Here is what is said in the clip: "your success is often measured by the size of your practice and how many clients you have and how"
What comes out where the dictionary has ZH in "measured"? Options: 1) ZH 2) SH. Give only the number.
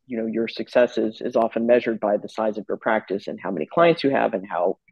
1